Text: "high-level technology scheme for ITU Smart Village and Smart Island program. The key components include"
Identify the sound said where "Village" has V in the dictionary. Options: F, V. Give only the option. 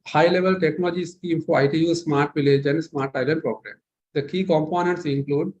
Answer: V